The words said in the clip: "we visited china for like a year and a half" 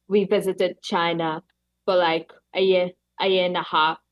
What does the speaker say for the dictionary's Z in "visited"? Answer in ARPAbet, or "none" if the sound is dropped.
Z